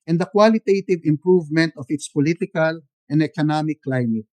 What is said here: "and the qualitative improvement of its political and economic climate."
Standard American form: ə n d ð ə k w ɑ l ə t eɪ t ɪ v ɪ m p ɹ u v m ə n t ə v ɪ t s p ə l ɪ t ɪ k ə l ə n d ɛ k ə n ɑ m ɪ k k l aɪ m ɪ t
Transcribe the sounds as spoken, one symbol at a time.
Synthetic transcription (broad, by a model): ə n d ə k w ɑ l ə t eɪ t ɪ v ɪ m p ɹ u v m ə n t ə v ɪ t s p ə l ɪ t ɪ k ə l ə n d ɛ k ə n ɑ m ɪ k k l aɪ m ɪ t